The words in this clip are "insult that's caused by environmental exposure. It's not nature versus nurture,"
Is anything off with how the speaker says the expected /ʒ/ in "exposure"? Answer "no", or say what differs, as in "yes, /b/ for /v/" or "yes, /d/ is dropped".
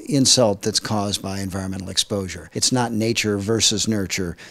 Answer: no